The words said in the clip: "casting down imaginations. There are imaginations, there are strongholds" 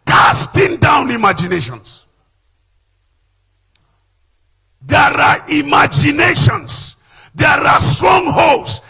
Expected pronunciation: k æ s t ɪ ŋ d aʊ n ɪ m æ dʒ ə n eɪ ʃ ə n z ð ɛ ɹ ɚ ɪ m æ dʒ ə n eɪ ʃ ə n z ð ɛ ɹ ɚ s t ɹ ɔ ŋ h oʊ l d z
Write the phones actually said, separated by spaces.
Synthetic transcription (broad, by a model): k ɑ s t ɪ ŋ d aʊ n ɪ m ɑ dʒ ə n eɪ ʃ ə n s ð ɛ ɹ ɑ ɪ m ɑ dʒ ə n eɪ ʃ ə n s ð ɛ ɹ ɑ s t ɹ ɔ ŋ h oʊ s